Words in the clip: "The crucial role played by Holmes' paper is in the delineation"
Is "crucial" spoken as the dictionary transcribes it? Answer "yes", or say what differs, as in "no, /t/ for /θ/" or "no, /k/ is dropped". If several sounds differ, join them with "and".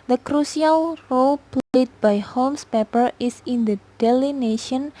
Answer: no, /s/ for /ʃ/